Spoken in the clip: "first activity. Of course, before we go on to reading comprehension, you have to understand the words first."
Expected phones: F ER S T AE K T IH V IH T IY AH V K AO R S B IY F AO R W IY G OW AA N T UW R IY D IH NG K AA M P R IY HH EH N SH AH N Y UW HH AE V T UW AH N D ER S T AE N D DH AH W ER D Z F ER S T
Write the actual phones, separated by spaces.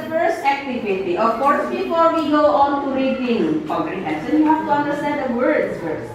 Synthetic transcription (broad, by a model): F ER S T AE K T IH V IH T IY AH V K AO R S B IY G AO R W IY G OW AA N T UW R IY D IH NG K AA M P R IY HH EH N S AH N Y UW HH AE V T UW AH N D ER S T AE N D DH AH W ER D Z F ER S